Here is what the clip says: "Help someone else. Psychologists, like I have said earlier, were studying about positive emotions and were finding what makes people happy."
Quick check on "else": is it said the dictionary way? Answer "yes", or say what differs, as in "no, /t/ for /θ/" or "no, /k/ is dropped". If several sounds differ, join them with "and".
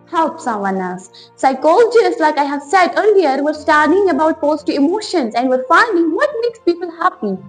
no, /l/ is dropped